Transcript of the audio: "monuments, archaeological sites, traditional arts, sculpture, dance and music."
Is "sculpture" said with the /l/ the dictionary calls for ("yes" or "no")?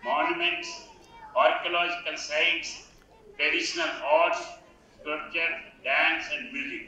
no